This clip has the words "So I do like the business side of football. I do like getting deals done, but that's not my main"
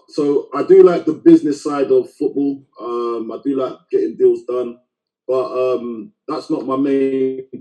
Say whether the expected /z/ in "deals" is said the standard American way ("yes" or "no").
yes